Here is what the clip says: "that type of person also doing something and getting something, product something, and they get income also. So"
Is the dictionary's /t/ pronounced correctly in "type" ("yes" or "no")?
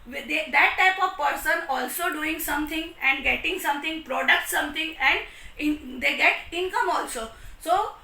yes